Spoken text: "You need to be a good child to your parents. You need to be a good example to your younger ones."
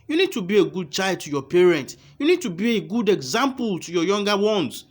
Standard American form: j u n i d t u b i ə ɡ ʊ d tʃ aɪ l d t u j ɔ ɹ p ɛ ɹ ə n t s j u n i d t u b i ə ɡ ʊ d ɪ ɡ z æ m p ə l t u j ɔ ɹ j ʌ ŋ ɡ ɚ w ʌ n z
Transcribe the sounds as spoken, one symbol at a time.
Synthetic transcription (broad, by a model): j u n i d t u b i ə ɡ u d tʃ aɪ l d t u j ɔ p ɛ ɹ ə n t j u n i d t u b i ə ɡ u d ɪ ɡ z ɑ m p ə l t u j ɔ j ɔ ŋ ɡ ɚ w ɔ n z